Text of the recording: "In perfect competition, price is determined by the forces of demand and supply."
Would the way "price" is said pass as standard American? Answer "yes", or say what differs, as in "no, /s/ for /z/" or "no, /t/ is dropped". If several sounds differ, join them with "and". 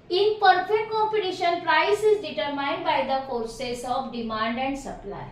yes